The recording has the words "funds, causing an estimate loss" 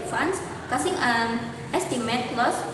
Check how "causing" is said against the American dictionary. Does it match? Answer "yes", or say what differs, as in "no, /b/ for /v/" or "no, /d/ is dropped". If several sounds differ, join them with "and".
no, /s/ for /z/